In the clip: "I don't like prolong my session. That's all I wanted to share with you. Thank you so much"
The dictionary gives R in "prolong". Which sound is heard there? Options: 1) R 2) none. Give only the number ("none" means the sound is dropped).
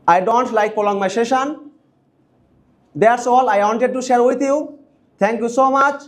2